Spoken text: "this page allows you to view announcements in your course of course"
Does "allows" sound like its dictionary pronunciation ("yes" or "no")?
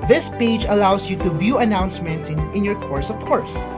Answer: no